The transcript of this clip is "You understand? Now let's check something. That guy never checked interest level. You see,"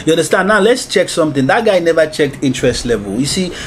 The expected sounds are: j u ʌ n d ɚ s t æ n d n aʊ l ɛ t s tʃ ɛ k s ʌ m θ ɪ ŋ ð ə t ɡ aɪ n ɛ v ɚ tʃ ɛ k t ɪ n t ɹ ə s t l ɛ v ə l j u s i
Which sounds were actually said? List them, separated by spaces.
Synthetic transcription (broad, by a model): j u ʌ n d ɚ s t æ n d n aʊ l ɛ t s tʃ ɛ k s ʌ m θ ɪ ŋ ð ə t ɡ aɪ n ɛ v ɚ tʃ ɛ k t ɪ n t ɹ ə s t l ɛ v ə l j u s i